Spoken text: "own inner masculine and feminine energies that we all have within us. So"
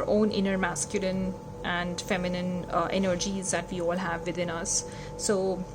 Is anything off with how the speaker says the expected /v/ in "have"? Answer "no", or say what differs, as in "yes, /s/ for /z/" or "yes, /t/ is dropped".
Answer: no